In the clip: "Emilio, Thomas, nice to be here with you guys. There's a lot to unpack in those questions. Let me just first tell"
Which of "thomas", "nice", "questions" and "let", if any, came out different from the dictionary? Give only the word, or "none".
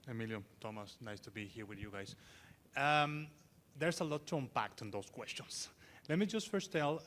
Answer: questions